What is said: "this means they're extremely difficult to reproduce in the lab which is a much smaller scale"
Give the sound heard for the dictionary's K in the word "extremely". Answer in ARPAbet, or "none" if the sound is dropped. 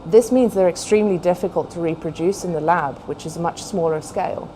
K